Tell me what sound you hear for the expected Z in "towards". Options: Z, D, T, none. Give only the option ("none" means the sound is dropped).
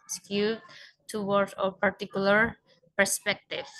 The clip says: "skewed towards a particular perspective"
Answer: none